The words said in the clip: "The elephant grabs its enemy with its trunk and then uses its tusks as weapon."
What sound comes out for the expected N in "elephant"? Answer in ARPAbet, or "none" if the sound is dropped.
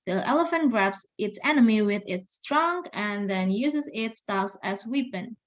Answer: N